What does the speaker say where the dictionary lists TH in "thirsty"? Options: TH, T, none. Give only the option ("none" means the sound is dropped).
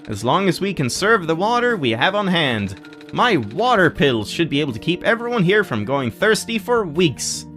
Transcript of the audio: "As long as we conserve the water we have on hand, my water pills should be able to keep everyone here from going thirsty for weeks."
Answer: TH